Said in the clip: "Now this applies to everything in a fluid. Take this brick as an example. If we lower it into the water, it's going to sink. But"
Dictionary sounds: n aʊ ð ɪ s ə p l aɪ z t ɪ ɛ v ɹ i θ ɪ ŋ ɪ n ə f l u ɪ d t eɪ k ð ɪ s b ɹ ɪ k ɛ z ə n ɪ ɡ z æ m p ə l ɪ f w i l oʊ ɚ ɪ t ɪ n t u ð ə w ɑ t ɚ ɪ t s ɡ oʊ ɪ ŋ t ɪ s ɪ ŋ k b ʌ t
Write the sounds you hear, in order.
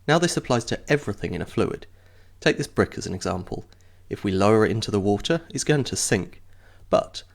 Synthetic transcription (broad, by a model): n aʊ ð ɪ s ə p l aɪ z t ɪ ɛ v ɹ i θ ɪ ŋ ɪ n ə f l u ɪ d t eɪ k ð ɪ s b ɹ ɪ k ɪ z ə n ɪ ɡ z æ m p ə l ɪ f w i l oʊ ɚ ɪ t ɪ n t u ð ə w ɑ t ɚ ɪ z ɡ oʊ ɪ ŋ t ɪ s ɪ ŋ k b ʌ t